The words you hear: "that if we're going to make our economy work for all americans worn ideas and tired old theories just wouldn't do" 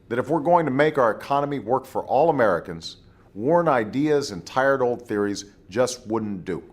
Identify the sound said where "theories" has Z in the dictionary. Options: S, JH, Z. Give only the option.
Z